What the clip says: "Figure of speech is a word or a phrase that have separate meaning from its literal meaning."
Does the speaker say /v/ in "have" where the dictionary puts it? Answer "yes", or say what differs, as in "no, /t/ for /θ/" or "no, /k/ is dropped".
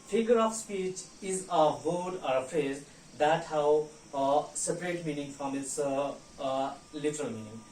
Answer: no, /w/ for /v/